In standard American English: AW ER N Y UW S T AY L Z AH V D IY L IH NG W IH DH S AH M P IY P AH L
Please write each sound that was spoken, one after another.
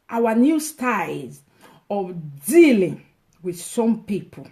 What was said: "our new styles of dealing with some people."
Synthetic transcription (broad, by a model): AW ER N Y UW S T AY Z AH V D IY L IH NG W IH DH S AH M P IY P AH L